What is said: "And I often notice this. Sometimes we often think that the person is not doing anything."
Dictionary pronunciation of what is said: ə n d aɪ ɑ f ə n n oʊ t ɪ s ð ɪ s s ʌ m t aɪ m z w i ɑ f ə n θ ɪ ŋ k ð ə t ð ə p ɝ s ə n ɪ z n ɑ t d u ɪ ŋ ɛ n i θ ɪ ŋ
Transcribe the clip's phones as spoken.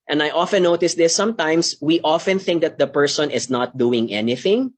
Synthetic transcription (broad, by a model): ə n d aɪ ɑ f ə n n oʊ t ɪ s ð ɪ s s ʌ m t aɪ m s w i ɑ f ə n θ ɪ ŋ k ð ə t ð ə p ɝ s ə n ɪ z n ɑ t d u ɪ ŋ ɛ n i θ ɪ ŋ